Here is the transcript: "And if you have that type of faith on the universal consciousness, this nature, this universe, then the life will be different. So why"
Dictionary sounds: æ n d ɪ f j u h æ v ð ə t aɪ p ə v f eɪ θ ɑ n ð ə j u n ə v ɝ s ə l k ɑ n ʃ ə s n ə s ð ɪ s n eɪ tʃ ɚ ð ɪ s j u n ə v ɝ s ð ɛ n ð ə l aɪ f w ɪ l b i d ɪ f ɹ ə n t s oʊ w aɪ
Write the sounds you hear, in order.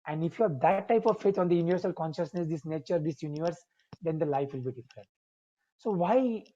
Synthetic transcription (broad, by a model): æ n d ɪ f j u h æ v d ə t aɪ p ə v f eɪ t ɑ n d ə j u n ə v ɝ s ə l k ɑ n ʃ ə s n ə s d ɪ s n eɪ tʃ ɚ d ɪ s j u n ə v ɝ s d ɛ n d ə l aɪ f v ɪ l b i d ɪ f ɹ ə n t s oʊ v aɪ